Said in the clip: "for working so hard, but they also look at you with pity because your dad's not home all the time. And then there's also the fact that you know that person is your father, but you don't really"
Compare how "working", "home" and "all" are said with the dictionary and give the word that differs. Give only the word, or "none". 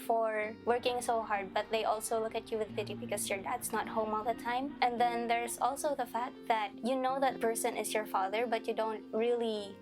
none